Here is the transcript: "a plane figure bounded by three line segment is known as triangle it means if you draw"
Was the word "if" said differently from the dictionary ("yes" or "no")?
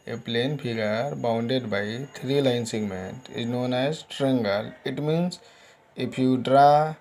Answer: yes